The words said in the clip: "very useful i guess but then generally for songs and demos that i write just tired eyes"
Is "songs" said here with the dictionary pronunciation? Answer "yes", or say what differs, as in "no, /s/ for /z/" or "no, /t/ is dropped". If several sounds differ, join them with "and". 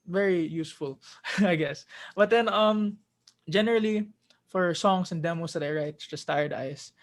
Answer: no, /s/ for /z/